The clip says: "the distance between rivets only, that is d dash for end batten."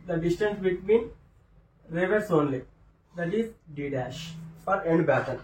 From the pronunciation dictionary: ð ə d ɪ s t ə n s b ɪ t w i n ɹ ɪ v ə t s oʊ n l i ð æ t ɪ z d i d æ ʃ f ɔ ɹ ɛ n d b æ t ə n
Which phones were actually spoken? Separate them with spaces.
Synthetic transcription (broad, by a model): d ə d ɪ s t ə n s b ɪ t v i n ɹ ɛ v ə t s oʊ n l i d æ t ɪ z d i d æ ʃ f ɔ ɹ ɛ n d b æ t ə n